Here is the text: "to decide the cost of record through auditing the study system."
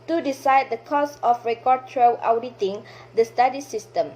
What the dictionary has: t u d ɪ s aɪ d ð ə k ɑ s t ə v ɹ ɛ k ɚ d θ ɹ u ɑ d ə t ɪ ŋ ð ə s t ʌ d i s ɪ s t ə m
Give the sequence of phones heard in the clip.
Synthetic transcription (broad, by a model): t u d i s aɪ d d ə k ɑ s ə f ɹ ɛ k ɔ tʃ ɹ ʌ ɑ d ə t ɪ ŋ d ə s t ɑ d i s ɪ s t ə m